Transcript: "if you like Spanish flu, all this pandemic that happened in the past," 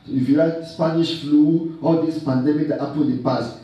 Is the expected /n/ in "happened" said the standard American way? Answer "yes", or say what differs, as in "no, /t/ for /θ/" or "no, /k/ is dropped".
no, /n/ is dropped